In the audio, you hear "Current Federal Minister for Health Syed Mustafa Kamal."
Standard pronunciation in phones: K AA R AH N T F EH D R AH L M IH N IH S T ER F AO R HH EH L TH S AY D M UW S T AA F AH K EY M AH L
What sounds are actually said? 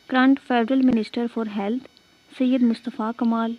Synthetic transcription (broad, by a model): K R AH N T F EH D R AH L M IH N IH S T ER F AO R HH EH L T S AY D M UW S T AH F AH K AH M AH L